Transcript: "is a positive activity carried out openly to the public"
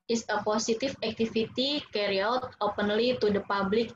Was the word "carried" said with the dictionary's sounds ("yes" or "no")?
no